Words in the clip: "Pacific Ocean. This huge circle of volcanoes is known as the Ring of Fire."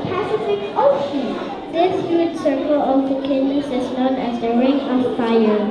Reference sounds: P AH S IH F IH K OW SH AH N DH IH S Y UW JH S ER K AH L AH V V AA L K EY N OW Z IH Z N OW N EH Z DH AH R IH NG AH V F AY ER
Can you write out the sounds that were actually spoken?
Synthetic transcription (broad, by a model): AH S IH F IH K OW SH AH N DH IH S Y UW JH S ER K AH L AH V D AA K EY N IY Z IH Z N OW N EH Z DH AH R IH NG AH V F AY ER